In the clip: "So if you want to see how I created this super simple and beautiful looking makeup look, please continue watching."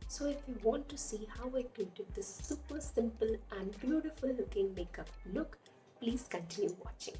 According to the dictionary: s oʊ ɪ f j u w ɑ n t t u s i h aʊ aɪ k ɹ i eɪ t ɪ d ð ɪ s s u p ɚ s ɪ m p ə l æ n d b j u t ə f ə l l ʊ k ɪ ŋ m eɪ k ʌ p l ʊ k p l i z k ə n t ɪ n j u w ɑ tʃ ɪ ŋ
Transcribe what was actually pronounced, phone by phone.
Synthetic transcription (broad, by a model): s oʊ ɪ f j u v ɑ n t t u s i h aʊ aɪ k i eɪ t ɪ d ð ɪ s s u p ɚ s ɪ m p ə l æ n d b j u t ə f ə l l ʊ k ɪ ŋ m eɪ k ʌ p l ʊ k p l i z k ə n t ɪ n j u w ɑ tʃ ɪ ŋ